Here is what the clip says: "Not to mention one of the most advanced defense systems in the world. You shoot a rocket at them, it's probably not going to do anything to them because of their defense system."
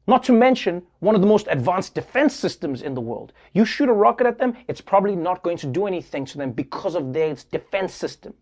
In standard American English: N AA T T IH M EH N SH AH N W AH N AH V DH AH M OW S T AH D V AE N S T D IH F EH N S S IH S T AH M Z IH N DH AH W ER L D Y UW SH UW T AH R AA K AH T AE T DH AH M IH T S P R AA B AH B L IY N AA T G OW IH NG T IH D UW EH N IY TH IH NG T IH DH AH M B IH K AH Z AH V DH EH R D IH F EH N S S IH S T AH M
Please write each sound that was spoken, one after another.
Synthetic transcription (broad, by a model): N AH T T IH M EH N SH AH N W AH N AH V DH AH M OW S T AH D V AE N S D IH F EH N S S IH S T AH M Z IH N DH AH W ER L D Y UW SH UW T AH R AA K AH T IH T DH AH M IH T S P R AA B AH B L IY N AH T G OW IH NG T IH D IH EH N IY TH IH NG T IH DH AH M B IH K AH Z AH V DH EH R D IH F EH N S S IH S T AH M